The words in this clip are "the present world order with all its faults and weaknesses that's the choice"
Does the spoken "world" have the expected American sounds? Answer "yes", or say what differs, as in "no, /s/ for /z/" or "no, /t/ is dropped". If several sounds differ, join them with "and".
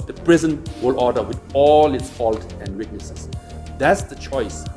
no, /d/ is dropped